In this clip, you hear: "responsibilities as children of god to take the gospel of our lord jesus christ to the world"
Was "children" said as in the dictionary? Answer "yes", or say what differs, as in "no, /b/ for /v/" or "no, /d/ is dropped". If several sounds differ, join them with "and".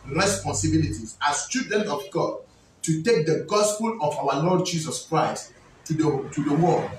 no, /l/ is dropped